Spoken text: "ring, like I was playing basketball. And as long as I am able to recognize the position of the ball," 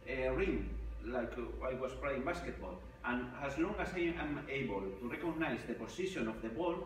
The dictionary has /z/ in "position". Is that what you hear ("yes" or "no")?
no